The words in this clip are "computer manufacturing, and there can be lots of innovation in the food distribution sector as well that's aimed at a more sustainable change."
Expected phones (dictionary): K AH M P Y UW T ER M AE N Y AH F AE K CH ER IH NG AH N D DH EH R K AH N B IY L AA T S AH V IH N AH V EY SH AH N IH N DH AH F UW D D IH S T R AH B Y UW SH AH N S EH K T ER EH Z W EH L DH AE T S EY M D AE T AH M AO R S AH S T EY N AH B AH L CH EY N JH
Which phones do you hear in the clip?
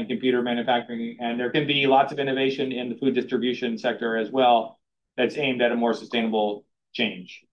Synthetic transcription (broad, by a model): K M P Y UW T ER M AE N Y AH F AE K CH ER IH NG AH N DH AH R K AH N B IY L AA T S AH V IH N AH V EY SH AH N IH N DH AH F UW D D IH S T R AH B Y UW SH AH N S EH K T ER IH Z W EH L DH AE T S EY M D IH T AH M AO R S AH S T EY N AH B L CH EY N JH